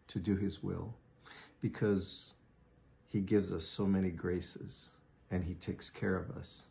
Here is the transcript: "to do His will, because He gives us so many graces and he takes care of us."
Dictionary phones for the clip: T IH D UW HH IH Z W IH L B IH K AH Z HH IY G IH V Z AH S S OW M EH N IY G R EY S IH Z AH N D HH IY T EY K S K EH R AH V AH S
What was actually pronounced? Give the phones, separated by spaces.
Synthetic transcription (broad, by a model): T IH D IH IH Z W IH L B IH K AH Z HH IY G IH V Z AH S S OW M EH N IY G R EY S IH Z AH N IY T EY K S K EH R AH V AH S